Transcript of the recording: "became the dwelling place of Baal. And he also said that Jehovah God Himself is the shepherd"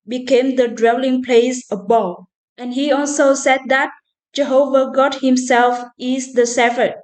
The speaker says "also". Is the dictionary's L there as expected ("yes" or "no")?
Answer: yes